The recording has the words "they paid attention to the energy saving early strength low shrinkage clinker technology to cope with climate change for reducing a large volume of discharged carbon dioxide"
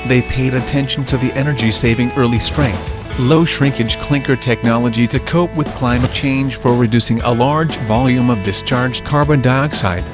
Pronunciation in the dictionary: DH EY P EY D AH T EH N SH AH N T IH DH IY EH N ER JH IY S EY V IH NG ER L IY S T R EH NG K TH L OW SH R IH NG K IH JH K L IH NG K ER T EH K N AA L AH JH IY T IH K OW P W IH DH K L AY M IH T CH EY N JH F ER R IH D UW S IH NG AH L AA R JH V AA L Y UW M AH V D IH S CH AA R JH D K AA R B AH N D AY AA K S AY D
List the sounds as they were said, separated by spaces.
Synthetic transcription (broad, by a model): DH EY P EY D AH T EH N SH N T IH DH IY EH N ER JH IY S EY V IH NG ER L IY S T R EH NG K TH L OW SH R IH NG K IH JH K L IH NG K ER T EH K N AA L AH JH IY T IH K OW P W IH DH K L AY M IH T CH EY N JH F ER R IH D UW S IH NG AH L AA R JH V AA L Y UW M AH V D IH S CH AA R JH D K AA R B AH N D AY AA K S AY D